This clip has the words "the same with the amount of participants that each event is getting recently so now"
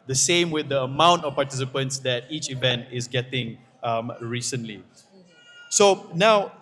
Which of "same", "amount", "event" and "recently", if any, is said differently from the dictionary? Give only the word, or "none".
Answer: none